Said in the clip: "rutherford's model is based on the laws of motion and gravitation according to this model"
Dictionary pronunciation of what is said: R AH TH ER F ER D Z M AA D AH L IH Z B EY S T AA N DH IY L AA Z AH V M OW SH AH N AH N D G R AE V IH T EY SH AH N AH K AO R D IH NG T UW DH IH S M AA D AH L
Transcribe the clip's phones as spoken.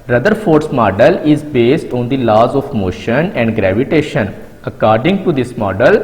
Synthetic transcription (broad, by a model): R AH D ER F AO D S M AA D AH L IH Z B EY S T AA N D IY L AA Z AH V M OW SH AH N AH N D G R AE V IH T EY SH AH N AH K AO R D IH NG T UW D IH S M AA D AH L